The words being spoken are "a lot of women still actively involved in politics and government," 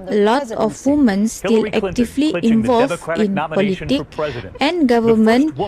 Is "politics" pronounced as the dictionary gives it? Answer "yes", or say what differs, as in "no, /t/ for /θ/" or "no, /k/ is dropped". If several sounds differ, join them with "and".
no, /s/ is dropped